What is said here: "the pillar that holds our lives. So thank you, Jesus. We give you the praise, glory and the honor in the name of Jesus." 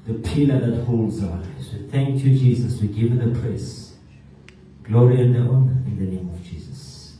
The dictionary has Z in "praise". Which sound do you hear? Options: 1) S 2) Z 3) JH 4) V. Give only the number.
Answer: 1